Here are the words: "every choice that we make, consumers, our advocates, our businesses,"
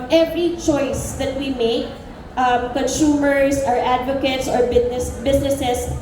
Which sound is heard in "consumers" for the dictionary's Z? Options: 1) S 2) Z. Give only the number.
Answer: 1